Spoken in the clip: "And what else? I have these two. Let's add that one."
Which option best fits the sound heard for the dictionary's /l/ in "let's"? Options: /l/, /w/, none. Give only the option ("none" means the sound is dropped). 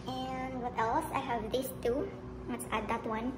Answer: /w/